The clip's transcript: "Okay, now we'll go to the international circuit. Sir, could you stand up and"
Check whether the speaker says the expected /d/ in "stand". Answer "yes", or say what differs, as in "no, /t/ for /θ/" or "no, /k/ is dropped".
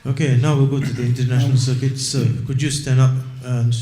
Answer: no, /d/ is dropped